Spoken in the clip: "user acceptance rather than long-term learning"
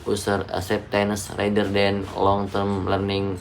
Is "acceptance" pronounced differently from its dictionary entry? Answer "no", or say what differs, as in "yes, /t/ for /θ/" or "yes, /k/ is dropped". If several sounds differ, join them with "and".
yes, /k/ is dropped